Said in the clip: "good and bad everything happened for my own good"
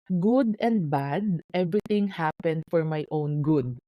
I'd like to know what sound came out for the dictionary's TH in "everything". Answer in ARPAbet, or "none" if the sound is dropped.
T